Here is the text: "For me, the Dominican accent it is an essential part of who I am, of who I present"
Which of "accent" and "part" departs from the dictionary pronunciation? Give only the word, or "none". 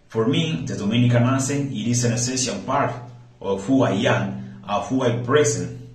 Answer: accent